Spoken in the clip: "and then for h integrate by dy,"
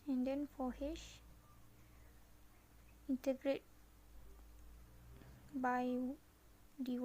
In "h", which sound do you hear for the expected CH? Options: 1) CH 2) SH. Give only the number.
2